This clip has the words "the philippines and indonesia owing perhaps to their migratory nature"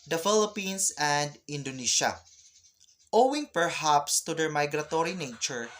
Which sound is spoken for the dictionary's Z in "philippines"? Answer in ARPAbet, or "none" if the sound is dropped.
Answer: S